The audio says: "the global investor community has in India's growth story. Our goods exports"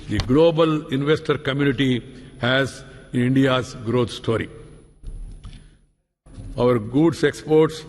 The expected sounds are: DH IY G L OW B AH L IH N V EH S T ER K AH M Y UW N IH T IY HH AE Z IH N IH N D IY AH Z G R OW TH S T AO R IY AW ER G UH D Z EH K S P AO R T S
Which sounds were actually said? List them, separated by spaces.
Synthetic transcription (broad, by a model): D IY G L OW B AH L IH N V EH S T ER K AH M Y UW N IH T IY HH AE Z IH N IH N D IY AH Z G R OW T S T AO R IY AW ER G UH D S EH K S P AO R T S